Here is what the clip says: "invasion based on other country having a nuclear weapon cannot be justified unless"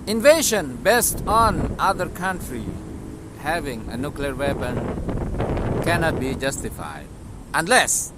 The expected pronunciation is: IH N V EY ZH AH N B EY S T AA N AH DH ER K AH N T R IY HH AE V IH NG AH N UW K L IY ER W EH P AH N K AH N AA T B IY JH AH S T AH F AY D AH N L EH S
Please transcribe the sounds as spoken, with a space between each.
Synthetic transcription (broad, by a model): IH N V EY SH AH N B EY S T AA N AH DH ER K AH N T R IY HH AE V IH NG AH N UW K L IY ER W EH P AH N K AH N AA T B IY JH AH S T AH F AY D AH N L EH S